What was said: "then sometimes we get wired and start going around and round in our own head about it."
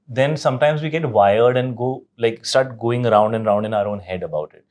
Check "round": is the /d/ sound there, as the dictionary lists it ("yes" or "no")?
yes